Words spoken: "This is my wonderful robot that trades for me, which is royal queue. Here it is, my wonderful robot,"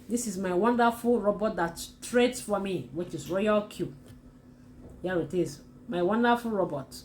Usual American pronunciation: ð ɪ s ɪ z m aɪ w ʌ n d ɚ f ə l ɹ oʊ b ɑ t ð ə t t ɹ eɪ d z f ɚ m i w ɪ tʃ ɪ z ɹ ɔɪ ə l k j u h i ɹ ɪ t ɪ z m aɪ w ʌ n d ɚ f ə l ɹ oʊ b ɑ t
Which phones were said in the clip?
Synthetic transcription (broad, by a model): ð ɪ s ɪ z m aɪ w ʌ n d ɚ f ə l ɹ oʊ b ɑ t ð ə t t ɹ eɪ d s f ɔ m i w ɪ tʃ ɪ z ɹ ɔɪ ə l k j u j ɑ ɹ ɪ t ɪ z m aɪ w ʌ n d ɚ f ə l ɹ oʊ b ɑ t